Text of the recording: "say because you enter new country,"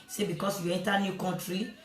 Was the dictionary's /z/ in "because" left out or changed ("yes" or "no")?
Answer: yes